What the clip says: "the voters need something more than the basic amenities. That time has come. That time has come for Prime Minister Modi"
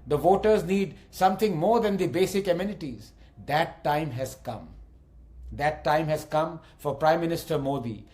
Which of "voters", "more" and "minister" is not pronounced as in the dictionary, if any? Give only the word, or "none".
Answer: none